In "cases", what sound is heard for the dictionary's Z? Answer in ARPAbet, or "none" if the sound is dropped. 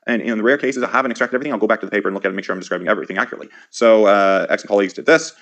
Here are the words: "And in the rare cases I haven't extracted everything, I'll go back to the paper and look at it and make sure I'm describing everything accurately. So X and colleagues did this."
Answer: Z